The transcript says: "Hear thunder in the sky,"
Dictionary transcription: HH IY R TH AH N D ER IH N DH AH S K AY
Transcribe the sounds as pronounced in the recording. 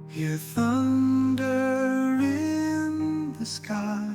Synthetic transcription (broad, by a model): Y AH R TH AH N D ER IH N DH AH S K AY